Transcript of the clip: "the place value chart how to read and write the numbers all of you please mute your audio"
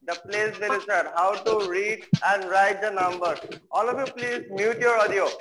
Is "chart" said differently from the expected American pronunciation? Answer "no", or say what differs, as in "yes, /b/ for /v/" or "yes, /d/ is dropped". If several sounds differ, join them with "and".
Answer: yes, /s/ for /tʃ/